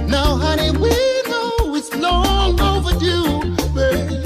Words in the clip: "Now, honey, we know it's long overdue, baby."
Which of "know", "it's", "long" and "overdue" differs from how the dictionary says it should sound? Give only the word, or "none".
none